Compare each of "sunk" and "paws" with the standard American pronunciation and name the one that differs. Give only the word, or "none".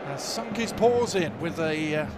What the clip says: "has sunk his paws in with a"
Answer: none